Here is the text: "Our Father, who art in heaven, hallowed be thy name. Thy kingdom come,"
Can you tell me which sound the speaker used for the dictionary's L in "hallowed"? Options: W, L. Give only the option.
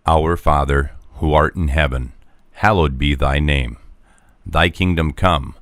L